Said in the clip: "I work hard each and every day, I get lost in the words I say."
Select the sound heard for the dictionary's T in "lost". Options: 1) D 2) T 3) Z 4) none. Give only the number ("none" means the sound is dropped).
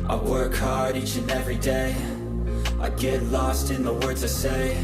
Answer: 2